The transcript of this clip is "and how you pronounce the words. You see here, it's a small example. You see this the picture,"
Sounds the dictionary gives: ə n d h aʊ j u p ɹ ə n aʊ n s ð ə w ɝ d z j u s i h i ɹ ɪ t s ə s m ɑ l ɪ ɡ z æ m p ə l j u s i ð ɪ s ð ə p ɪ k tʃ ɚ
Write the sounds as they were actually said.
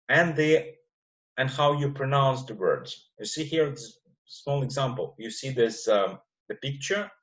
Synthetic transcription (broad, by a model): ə n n h aʊ j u p ɹ ə n aʊ n s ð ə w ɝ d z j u s i h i ɹ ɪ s s m ɑ l ɪ ɡ z æ m p ə l j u s i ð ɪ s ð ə p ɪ k tʃ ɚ